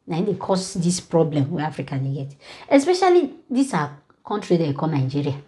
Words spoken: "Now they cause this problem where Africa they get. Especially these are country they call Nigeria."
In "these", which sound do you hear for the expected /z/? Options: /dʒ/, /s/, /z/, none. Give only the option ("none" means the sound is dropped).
/s/